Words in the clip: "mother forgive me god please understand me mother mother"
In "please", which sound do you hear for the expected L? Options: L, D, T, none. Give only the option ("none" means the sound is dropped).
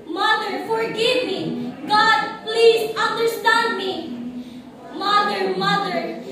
L